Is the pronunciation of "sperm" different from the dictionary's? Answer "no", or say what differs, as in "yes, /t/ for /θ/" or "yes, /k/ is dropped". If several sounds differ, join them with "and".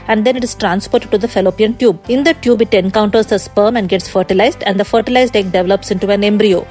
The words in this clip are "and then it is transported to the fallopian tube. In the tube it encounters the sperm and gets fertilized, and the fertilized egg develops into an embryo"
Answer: no